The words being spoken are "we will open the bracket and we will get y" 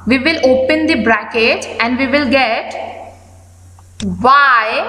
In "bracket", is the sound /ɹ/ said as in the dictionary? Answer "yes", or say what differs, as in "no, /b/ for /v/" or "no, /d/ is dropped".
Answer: yes